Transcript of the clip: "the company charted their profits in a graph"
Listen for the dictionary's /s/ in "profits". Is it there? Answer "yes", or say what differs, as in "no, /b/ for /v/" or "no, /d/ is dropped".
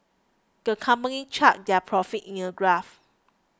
no, /s/ is dropped